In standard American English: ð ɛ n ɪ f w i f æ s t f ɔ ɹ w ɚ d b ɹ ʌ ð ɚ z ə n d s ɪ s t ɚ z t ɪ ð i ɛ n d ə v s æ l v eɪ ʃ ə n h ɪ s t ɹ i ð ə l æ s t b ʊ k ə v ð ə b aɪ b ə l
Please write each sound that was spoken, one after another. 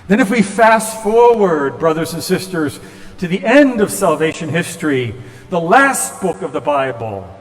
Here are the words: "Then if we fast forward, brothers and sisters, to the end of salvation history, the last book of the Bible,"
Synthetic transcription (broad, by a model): ð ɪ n ɪ f w i f æ s f ɔ ɹ w ɚ d b ɹ ʌ ð ɚ z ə n s ɪ s t ɚ z t ɪ ð i ɛ n d ə v s æ l v eɪ ʃ ə n h ɪ s t ɹ i ð ə l æ s t b ʊ k ə v ð ə b aɪ b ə l